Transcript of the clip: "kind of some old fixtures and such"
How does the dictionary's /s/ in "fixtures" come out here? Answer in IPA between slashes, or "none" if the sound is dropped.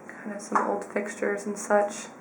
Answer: /s/